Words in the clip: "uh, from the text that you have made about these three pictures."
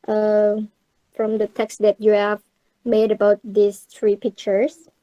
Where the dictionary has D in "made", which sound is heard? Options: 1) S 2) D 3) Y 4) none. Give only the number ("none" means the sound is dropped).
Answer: 2